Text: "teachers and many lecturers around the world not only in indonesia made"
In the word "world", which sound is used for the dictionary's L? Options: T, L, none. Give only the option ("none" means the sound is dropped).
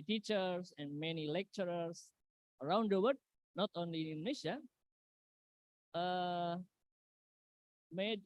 none